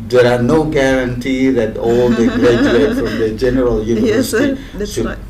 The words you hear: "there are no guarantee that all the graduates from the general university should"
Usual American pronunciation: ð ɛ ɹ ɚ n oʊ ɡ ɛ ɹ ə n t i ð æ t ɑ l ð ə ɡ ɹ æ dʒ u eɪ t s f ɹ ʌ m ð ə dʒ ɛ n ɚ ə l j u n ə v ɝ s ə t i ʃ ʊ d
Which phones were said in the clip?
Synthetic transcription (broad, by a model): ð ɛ ɹ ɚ n oʊ ɡ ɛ ɹ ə n t i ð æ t ɑ l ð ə ɡ ɹ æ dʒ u eɪ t f ɹ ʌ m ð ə dʒ ɛ n ɚ ə l j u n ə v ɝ s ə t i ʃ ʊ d